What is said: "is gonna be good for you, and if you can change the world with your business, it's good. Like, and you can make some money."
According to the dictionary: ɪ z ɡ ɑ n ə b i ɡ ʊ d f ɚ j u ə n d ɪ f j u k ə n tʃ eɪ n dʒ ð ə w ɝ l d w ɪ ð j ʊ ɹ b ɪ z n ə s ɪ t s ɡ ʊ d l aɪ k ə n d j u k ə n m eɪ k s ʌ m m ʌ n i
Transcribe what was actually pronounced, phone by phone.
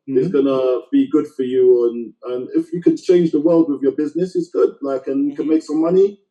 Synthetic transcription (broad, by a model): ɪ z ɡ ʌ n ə b i ɡ ʊ d f ɚ j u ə n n ɪ f j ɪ k ə n tʃ eɪ n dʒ ð ə w ɝ l d w ɪ ð j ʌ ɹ b ɪ z n ə s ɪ t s ɡ ʊ d l aɪ k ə n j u k ə n m eɪ k s ʌ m m ʌ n i